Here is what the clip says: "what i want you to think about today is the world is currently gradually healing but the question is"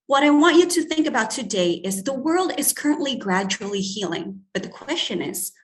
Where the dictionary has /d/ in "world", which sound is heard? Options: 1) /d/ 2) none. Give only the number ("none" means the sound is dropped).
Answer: 1